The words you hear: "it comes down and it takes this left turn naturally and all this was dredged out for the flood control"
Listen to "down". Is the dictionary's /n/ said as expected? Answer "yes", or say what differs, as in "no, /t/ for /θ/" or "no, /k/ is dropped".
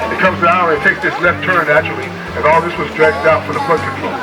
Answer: no, /n/ is dropped